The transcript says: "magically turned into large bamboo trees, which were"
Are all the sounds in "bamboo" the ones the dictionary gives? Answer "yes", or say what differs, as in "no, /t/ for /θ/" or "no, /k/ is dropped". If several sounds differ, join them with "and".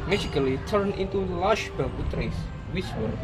no, /m/ is dropped